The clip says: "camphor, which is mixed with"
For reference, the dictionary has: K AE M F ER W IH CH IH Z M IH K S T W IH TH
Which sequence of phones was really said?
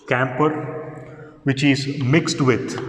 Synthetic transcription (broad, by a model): K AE M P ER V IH CH IH Z M IH K S T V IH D